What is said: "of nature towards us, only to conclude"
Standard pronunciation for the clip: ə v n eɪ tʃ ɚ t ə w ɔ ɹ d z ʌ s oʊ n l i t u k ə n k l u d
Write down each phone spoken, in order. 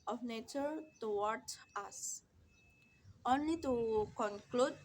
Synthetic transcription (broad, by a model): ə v n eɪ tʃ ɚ t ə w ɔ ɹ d ɑ s oʊ n l i t u k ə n k l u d